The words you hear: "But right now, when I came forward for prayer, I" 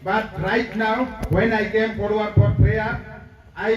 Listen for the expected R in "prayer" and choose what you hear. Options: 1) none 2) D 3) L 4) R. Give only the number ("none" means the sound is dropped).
1